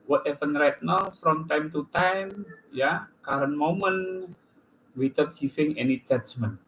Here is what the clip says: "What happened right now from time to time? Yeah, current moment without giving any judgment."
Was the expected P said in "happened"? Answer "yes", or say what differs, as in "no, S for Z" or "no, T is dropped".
no, F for P